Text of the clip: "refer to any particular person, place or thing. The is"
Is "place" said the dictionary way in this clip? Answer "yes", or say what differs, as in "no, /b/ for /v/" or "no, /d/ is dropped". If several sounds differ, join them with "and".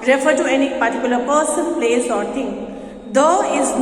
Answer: yes